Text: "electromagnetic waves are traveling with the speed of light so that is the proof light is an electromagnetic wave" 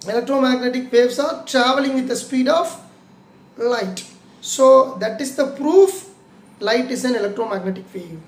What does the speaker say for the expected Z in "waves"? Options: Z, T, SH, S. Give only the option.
S